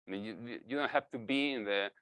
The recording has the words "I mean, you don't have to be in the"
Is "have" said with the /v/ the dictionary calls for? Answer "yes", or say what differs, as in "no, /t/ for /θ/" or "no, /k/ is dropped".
no, /f/ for /v/